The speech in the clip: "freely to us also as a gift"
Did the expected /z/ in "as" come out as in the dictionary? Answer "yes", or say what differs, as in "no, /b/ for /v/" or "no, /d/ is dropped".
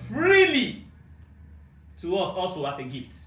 no, /s/ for /z/